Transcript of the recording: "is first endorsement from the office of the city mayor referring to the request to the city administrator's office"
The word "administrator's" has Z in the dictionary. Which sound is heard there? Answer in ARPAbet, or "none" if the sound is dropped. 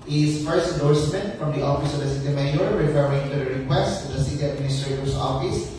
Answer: S